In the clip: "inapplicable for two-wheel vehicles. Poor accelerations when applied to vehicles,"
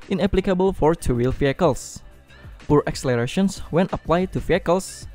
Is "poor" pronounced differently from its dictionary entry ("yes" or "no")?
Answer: no